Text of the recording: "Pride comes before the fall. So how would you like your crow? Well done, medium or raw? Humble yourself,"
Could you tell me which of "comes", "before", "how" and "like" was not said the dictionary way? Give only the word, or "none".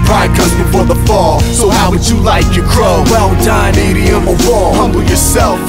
comes